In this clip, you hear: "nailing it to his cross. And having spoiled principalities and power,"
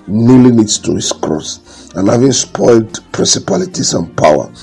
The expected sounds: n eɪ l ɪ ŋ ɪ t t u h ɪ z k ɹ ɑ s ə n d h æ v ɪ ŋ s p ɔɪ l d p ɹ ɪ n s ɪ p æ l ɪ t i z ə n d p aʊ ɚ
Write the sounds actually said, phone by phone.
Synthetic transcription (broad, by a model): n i l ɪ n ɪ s t u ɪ s k ɹ ɑ s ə n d h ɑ v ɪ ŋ s p ɔɪ l d p ɹ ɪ n s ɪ p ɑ l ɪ t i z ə n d p aʊ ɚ